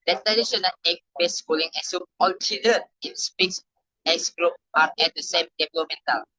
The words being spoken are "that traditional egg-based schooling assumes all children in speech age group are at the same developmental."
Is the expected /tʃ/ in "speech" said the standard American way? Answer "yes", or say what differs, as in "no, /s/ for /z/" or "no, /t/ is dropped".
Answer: no, /s/ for /tʃ/